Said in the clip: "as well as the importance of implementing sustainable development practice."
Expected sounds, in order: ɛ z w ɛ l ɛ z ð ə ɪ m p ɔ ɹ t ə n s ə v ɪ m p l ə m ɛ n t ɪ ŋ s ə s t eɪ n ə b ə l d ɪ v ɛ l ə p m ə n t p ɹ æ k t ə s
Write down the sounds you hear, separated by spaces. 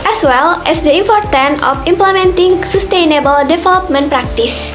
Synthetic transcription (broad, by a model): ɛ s w ɛ l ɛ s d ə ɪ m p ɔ ɹ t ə n ə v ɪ m p l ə m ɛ n t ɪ ŋ s ə s t eɪ n ə b ə l d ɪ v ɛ l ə p m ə n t p ɹ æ k t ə s